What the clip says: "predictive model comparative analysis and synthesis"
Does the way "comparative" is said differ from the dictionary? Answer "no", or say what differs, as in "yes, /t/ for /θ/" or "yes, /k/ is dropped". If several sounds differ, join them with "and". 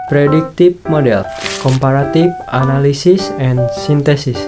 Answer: yes, /f/ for /v/